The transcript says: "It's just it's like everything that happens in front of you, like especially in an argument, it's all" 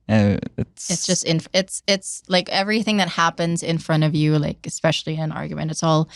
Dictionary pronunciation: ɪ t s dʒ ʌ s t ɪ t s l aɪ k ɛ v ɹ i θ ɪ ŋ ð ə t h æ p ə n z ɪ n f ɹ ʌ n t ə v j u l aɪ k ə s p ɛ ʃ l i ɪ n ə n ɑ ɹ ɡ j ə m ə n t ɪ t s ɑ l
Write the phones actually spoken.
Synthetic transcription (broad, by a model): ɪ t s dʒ ʌ s t ɪ t s l aɪ k ɛ v ɹ i θ ɪ ŋ ð ə t h æ p ə n z ɪ n f ɹ ʌ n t ə v j u l aɪ k ə s p ɛ ʃ l i ɪ n ə n ɑ ɹ ɡ j ə m ə n t ɪ t s ɑ l